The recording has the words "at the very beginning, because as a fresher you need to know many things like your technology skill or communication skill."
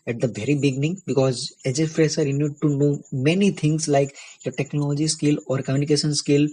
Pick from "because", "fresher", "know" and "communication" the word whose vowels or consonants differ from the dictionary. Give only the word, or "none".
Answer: fresher